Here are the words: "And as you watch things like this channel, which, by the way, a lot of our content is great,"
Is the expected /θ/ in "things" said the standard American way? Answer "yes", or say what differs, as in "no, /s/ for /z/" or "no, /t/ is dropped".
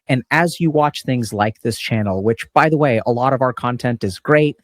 yes